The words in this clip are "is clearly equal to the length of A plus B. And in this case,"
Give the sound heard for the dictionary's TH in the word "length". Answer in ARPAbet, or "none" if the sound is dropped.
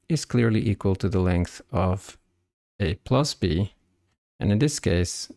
TH